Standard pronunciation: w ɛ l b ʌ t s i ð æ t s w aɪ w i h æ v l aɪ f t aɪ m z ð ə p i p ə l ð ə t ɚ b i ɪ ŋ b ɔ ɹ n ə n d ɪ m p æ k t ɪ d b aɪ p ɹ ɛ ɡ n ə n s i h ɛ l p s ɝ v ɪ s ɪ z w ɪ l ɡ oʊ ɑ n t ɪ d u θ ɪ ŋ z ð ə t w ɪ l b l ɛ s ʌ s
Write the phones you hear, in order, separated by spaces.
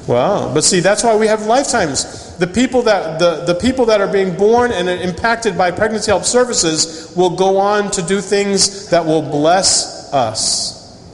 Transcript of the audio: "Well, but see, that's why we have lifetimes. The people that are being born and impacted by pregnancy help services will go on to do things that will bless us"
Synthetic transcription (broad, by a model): w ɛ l b ʌ t s i ð æ t s w aɪ w i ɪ v l aɪ f t aɪ m z ð ə p i p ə l ð ə t ɚ b i ɪ ŋ b ɔ ɹ n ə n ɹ ɪ m p æ k t ɪ d b aɪ p ɹ ɛ ɡ n ə n s i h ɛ l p s ɝ v ɪ s ɪ z w ɪ l ɡ oʊ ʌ n t ɪ d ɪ θ ɪ ŋ z ð ə t w ɪ l b l ɛ s ʌ s